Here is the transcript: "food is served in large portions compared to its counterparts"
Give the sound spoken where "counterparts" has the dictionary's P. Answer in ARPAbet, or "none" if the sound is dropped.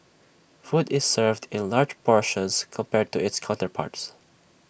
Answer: P